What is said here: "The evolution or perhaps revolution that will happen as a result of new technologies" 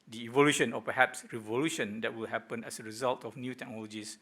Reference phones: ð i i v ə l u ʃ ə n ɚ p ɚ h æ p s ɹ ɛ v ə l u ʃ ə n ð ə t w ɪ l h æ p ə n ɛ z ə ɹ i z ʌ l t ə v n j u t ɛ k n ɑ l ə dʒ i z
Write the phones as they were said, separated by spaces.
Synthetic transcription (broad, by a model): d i i v ə l u ʃ ə n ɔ p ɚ h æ p s ɹ ɛ v ə l u ʃ ə n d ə t w ɪ l h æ p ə n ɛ s ə ɹ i z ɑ l t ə f n j u t ɛ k n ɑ l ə dʒ i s